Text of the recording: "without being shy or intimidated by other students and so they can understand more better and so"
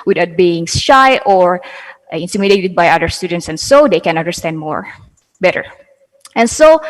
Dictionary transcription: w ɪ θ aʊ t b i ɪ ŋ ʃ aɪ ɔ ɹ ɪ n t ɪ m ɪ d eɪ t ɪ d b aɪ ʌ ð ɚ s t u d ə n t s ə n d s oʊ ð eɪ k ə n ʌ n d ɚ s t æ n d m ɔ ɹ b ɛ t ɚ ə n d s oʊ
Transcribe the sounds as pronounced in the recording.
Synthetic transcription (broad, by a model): w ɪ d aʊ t b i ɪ ŋ ʃ aɪ ɔ ɹ ɪ n t ɪ m ɪ d eɪ t ɪ d b aɪ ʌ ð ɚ s t u d ə n t s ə n s oʊ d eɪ k ə n ʌ n d ɚ s t æ n d m ɔ ɹ b ɛ t ɚ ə n s oʊ